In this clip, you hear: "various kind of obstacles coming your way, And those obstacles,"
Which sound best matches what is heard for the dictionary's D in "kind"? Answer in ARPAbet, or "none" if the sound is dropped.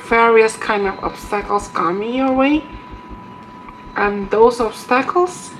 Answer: D